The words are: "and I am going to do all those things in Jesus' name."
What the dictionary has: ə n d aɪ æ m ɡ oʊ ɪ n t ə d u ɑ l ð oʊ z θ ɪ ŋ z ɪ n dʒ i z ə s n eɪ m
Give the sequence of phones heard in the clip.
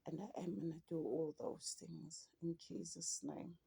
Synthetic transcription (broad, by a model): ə n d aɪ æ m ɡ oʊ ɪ n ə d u ɑ l ð oʊ z θ ɪ ŋ z ɪ n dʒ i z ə s n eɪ m